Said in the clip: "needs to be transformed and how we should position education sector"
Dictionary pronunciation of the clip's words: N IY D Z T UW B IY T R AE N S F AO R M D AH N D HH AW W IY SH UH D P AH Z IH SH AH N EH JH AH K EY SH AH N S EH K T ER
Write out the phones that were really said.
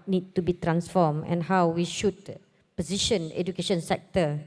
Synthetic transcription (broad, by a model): N IY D T UW B IY T R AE N S F AO M AH N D HH AW W IY SH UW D P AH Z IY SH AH N EH JH AH K EY SH AH N S EH K T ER